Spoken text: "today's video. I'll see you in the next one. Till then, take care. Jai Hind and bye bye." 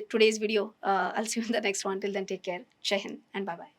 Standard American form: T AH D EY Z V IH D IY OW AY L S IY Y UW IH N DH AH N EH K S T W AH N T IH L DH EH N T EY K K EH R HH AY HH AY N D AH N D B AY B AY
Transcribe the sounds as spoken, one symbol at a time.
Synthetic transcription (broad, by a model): T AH D EY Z V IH D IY OW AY L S Y UW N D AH N EH K S T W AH N T IH L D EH N T EY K K EH R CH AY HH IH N AH N D B AY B AY